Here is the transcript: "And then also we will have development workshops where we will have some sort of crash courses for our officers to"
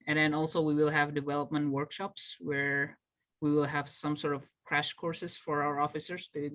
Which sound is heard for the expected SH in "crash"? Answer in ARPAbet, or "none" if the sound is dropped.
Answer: SH